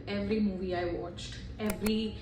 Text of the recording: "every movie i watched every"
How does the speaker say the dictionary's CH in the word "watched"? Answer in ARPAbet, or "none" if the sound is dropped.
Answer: CH